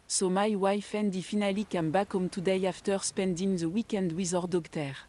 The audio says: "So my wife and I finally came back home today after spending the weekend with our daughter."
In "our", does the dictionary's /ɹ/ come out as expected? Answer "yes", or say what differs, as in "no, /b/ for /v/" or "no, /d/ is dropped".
yes